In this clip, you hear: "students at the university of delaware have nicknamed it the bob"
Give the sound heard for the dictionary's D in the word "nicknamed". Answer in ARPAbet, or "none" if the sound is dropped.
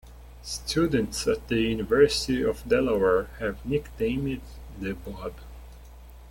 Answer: none